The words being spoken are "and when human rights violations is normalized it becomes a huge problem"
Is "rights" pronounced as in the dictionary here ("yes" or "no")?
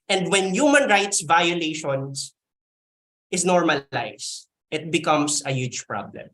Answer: yes